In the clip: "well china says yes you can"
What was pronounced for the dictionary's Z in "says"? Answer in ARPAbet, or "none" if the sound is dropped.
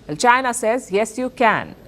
Z